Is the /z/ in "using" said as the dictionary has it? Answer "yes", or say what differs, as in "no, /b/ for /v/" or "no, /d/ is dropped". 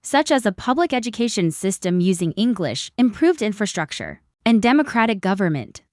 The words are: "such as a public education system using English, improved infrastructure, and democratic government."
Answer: yes